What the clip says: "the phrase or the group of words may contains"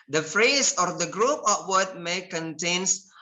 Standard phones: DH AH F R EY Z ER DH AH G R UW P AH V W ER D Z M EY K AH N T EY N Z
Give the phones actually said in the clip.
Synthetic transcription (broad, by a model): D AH F R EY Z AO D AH G R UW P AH P W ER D M EY K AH N T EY N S